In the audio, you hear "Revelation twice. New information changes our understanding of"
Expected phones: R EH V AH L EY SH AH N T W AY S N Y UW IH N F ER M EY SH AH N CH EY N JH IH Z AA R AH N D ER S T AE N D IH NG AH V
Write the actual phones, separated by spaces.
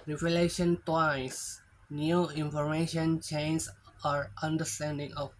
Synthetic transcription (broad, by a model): R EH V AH L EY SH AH N T W AY S N Y UW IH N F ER M EY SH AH N CH EY N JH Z AA R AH N D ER S T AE N D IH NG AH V